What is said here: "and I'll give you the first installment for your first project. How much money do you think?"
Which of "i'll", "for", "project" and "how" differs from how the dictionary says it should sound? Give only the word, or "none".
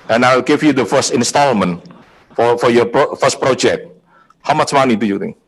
i'll